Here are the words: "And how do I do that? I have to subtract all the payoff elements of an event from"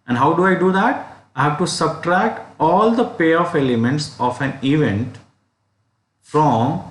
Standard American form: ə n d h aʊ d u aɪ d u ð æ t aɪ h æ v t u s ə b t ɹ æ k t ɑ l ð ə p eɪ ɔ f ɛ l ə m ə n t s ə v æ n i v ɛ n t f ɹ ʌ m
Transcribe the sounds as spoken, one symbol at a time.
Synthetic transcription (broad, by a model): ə n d h aʊ d u aɪ d u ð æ t aɪ h æ v t u s ə b t ɹ æ k t ɑ l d ə p eɪ ɔ f ɛ l ə m ə n t s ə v æ n i v ɛ n t f ɹ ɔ m